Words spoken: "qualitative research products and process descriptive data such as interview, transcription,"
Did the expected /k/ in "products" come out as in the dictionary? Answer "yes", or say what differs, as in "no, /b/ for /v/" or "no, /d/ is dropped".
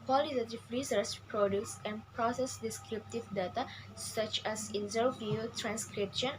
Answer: no, /k/ is dropped